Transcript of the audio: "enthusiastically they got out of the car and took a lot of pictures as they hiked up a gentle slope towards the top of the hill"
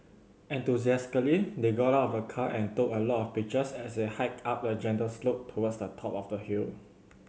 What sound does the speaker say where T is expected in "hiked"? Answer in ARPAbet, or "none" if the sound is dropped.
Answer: none